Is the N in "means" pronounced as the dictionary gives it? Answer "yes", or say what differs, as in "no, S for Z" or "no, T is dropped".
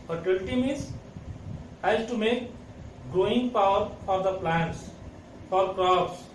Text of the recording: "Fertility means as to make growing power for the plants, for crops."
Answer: no, N is dropped